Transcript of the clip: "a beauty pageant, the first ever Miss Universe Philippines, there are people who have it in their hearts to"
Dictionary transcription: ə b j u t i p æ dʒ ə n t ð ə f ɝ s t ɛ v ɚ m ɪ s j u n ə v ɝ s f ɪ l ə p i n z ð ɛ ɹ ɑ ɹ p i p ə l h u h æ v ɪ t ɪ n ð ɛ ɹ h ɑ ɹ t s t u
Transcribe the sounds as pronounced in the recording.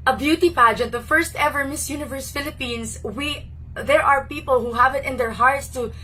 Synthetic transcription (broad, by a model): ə b j u t i p æ dʒ ə n t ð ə f ɝ s t ɛ v ɚ m ɪ s j u n ə v ɝ s f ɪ l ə p i n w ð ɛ ɹ ɑ ɹ p i p ə l h u h æ v ɪ t ɪ n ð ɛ ɹ h ɑ ɹ t s t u